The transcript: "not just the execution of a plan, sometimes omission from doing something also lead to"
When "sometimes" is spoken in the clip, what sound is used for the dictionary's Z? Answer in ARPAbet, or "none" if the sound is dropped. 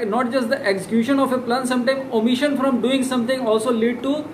none